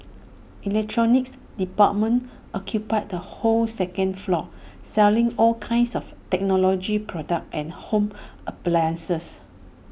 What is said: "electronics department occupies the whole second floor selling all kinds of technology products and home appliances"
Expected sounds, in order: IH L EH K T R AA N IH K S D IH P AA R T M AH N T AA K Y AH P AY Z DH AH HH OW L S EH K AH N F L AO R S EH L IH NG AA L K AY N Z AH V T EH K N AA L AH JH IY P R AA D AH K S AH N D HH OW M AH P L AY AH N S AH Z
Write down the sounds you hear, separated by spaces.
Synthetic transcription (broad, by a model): IH L EH K T R AA N IH K S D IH P AA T M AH N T AA K Y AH P AY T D AH HH OW L S EH K AH N F L AO S EH L IH NG AA L K AY N S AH F T EH K N AA L AH JH IY P R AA D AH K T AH N HH OW M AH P L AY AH N S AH S